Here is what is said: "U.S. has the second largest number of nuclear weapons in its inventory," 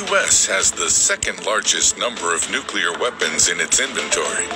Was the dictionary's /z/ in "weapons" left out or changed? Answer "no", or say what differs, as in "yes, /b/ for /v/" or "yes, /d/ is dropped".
no